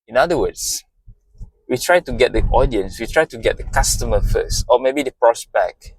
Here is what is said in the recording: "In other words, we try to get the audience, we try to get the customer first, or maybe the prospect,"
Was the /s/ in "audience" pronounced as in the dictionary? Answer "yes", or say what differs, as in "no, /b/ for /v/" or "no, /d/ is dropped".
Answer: yes